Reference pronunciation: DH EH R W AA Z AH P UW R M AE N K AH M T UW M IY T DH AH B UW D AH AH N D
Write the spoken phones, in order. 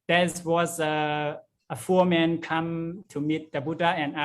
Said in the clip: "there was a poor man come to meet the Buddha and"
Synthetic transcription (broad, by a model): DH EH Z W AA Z AH F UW M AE N K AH M T UW M IY T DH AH B UW D AH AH N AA